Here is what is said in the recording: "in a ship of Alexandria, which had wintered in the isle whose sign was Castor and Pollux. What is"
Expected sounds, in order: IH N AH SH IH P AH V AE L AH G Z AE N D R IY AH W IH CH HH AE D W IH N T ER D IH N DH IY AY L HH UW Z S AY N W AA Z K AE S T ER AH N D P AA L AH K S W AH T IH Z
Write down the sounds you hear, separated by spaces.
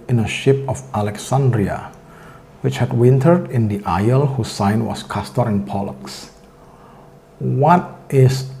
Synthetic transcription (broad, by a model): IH N AH SH IH P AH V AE L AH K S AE N D R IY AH W IH CH HH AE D W IH N T ER D IH N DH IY AY L HH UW S AY N W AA S K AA S T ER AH N P AA L AH K S W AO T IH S